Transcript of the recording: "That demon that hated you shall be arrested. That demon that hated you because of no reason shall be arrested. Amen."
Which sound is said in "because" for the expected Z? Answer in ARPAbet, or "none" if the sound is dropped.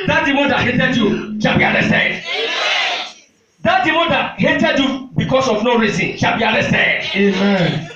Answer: S